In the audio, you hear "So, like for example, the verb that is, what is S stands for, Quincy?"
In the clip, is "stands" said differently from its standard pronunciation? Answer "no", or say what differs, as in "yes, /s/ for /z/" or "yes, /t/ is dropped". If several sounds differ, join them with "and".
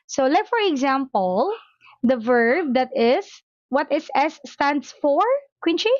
yes, /s/ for /z/